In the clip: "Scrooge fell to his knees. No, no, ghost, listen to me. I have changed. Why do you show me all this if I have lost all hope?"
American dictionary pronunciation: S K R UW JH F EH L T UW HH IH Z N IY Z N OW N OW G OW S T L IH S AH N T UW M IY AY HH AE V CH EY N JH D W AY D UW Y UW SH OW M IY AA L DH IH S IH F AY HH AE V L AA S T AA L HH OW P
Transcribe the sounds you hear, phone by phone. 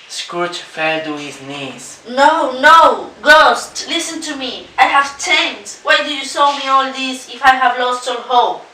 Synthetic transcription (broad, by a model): S K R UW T F EH L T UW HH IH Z N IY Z N OW N OW G OW S T L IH S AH N T UW M IY AY HH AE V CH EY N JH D W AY D UW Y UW S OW M IY AA L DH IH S IH F AY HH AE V L AA S T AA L HH OW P